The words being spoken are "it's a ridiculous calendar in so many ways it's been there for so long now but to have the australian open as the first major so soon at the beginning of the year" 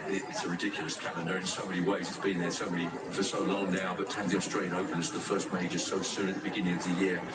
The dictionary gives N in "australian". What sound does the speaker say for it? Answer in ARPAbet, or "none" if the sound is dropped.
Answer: none